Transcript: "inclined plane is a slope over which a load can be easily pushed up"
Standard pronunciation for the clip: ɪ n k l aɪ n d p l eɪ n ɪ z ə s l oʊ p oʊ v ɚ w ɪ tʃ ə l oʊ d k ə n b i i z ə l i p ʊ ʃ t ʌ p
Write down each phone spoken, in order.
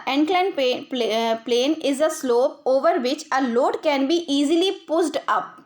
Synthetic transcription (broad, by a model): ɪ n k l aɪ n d p l eɪ n ɪ z ə s l oʊ p oʊ v ɚ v ɪ tʃ ə l oʊ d k ə n b i i z ə l i p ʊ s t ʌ p